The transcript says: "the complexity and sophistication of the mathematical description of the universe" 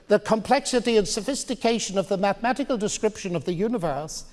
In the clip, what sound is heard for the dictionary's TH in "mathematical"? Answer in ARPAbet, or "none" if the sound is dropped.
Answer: TH